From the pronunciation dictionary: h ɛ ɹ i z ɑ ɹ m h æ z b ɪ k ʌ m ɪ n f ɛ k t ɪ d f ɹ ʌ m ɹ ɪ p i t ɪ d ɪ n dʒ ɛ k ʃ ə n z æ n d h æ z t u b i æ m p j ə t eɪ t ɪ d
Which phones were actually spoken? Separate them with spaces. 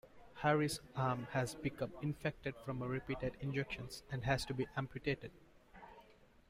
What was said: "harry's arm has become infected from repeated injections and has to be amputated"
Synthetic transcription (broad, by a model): h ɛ ɹ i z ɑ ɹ m h æ z b ɪ k ʌ m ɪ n f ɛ k t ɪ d f ɹ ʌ m ɹ ɪ p i t ɪ d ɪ n dʒ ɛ k ʃ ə n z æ n d h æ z t u b i æ m p j ə t eɪ t ɪ d